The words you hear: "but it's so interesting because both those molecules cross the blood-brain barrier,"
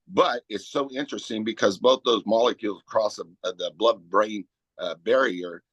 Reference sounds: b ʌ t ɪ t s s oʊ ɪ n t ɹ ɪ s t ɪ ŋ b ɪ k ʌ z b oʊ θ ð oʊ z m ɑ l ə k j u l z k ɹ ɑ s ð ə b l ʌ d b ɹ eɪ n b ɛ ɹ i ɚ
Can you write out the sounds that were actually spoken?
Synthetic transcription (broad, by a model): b ʌ t ɪ t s s oʊ ɪ n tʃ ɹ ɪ s t ɪ ŋ b ɪ k ʌ z b oʊ θ ð oʊ z m ɑ l ə k j u l z k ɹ ɑ s ð ə b l ʌ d b ɹ eɪ n b ɛ ɹ i ɚ